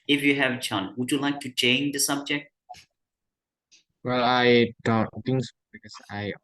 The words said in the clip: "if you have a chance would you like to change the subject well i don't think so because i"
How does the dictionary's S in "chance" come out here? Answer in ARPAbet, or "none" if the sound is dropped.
none